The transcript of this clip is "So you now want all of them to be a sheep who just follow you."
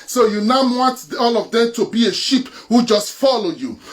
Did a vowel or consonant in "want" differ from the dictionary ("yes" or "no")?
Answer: no